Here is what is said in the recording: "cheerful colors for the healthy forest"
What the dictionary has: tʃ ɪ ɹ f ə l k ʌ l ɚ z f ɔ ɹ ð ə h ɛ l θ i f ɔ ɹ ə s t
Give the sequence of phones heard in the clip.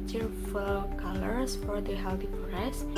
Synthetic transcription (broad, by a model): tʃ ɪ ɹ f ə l k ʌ l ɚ s f ɔ ɹ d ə h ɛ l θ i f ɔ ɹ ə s